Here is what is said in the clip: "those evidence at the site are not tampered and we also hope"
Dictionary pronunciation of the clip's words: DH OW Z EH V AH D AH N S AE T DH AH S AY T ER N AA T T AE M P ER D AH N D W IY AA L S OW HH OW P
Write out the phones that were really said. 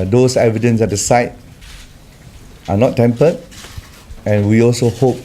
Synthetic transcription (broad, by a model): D OW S EH V AH D AH N S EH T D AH S AY T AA N AA T T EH M P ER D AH N W IY AA L S OW HH OW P